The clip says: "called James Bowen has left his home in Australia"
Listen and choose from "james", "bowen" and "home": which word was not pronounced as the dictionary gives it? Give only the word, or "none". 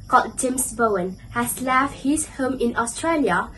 james